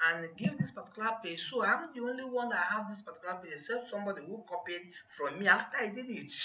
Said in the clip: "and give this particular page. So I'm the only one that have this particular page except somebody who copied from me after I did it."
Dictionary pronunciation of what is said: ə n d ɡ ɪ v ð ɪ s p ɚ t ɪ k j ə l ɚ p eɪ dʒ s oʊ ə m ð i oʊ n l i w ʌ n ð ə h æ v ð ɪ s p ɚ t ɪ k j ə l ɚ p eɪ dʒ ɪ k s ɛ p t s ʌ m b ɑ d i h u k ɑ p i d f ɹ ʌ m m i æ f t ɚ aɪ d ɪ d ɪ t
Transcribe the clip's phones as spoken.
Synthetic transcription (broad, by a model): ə n ɡ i v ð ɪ s p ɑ t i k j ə l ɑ p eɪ s oʊ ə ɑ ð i oʊ n l i w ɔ n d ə h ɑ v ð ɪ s p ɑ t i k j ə l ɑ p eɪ ɪ s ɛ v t s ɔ m b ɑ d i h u k ɑ p i d f ɹ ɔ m m i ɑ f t aɪ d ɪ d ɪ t